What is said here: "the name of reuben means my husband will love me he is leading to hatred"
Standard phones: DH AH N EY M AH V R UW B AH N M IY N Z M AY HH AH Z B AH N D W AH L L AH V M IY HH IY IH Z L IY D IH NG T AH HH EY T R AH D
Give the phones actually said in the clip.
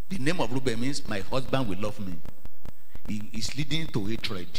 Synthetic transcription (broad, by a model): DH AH N EY M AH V R UW B AH N M IY N S M AY HH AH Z B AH N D W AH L L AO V M IY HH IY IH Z L IY D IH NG T AH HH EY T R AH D